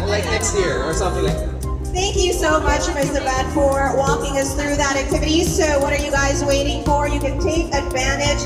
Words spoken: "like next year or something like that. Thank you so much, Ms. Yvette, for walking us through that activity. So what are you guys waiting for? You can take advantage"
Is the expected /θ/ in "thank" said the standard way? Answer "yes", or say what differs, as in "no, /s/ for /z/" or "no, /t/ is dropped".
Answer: yes